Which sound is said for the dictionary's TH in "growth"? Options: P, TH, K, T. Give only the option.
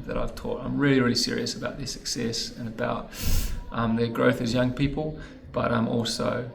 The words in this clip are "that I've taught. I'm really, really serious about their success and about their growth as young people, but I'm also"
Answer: TH